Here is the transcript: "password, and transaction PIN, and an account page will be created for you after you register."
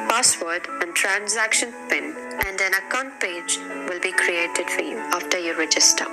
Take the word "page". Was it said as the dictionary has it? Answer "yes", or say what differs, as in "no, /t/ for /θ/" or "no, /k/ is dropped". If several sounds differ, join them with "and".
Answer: yes